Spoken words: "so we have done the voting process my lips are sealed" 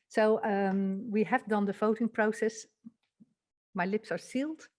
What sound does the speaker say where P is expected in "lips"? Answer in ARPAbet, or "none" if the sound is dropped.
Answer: P